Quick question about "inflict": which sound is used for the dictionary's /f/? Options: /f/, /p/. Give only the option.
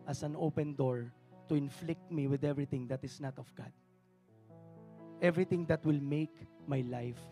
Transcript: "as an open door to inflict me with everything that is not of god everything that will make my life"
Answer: /f/